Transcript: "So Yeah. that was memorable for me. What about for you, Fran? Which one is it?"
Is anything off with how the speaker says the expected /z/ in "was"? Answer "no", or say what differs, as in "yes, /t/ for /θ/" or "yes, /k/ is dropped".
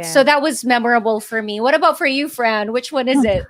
no